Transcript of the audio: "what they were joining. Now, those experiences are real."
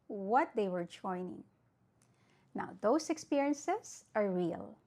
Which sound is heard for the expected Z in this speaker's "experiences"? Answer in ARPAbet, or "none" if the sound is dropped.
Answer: S